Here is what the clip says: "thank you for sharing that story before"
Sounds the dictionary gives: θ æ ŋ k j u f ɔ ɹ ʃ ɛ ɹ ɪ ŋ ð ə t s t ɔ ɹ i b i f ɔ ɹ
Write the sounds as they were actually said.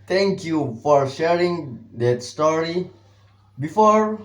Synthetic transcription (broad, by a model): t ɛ ŋ k j u f ɔ ɹ ʃ ɛ ɹ ɪ ŋ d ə t s t ɔ ɹ i b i f ɔ ɹ